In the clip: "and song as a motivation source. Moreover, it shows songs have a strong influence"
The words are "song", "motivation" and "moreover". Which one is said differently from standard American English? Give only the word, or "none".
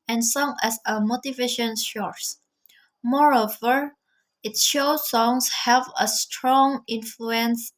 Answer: none